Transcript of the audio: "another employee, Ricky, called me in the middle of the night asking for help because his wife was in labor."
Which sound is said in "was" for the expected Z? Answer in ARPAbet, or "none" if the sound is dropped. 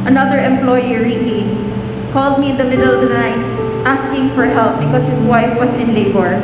S